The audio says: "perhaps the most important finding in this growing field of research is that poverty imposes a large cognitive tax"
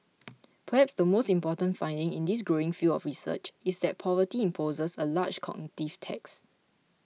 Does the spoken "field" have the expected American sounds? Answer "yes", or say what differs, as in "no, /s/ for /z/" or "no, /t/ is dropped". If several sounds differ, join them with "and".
no, /d/ is dropped